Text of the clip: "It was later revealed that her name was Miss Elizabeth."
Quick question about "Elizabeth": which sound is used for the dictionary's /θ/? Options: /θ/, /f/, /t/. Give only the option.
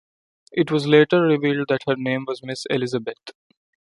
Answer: /t/